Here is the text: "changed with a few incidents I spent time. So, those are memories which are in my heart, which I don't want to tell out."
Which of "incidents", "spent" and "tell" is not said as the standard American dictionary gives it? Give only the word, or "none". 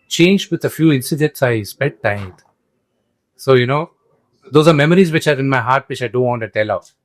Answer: spent